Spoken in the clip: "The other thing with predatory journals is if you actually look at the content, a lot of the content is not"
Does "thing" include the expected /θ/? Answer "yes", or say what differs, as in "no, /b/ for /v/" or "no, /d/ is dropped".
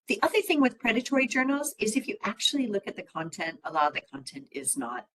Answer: yes